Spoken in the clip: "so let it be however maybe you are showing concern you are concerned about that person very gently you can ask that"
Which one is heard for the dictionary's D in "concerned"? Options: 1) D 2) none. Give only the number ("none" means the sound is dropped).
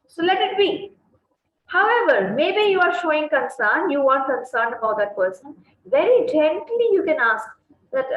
1